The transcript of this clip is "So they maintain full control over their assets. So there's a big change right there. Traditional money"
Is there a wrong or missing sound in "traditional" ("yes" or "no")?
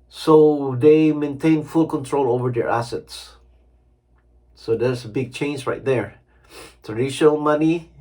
yes